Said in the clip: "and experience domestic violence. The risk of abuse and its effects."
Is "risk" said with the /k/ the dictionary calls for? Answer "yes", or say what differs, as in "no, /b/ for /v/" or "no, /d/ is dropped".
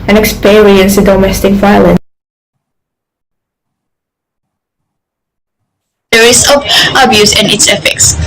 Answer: no, /k/ is dropped